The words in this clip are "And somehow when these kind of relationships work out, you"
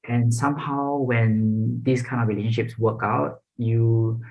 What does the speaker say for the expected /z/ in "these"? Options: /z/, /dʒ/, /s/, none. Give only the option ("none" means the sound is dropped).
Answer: /s/